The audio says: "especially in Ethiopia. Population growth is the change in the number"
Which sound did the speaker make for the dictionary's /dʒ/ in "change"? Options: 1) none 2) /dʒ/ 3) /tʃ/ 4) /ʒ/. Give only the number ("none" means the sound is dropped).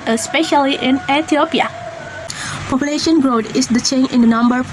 1